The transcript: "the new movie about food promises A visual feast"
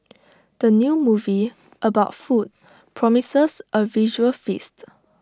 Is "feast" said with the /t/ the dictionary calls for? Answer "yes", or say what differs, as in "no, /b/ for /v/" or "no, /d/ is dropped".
yes